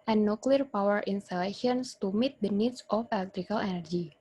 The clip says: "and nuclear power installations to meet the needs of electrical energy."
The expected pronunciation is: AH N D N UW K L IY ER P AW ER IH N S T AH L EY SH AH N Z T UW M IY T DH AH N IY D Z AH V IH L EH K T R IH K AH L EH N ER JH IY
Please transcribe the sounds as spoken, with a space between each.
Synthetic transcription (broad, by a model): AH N N UW K L IY ER P AW ER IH N S T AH L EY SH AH N S T UW M IY T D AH N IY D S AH F IH L EH K T R IH K AH L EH N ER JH IY